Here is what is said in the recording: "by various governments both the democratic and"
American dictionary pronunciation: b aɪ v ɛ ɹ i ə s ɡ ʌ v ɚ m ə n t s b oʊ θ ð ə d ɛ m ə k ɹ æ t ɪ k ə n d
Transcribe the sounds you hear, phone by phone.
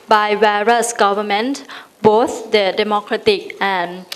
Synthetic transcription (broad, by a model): b aɪ w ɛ ɹ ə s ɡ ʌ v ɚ m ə n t b oʊ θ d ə d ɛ m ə k ɹ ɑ t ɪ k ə n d